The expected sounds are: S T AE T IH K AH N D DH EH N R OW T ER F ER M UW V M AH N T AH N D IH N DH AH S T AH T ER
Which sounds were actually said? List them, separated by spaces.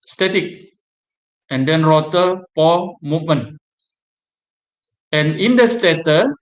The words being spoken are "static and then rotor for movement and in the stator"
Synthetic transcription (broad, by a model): S T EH T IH K AH N D EH N R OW T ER P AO M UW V M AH N AH N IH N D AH S T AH T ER